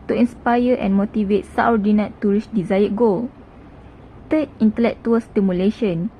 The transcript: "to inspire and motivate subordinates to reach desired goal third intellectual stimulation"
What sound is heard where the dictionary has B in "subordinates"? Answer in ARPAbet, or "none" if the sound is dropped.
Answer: none